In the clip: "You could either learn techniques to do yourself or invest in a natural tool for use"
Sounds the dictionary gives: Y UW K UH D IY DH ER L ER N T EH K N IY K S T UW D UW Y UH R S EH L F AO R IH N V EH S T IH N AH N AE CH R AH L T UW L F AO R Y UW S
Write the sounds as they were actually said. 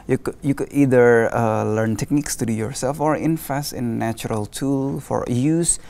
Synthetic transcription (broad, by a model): Y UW K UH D IY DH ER L ER N T EH K N IY K S T UW D UW Y UH R S EH L F AO R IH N F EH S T IH N AH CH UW R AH L T UW L F AO R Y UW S